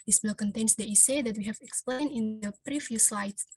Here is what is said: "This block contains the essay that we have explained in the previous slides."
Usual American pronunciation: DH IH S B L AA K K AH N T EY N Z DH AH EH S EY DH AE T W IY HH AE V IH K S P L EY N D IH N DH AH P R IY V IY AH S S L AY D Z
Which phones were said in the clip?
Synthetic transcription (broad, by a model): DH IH S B IH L K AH N T EY N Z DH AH EH S EY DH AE T W IY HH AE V IH K S P L EY N D IH N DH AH P R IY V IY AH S S L AY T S